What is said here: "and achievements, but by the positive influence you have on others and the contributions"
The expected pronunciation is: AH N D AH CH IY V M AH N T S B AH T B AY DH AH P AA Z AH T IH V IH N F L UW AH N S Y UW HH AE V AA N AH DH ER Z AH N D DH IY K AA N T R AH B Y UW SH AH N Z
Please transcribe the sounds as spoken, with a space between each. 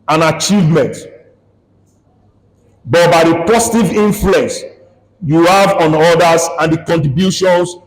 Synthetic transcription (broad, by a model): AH N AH CH IY V M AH N T B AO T B AY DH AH P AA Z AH T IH V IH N F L UW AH N S Y UW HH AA V AA N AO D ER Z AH N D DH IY K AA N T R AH B Y UW SH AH N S